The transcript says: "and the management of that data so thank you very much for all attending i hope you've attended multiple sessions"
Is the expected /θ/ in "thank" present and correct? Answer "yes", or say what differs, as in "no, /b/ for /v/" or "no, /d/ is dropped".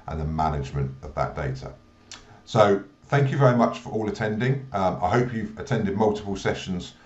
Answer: yes